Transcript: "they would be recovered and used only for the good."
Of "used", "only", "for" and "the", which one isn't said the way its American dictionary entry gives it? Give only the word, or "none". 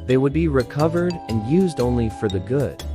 none